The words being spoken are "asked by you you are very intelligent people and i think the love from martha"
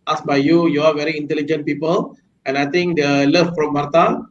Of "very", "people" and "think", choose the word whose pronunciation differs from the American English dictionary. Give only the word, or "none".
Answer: think